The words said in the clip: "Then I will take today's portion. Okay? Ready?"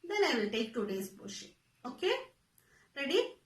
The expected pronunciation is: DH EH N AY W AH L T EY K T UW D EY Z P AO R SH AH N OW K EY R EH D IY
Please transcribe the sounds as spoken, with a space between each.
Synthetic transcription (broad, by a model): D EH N AY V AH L T EY K T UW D EY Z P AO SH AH OW K EY R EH D IY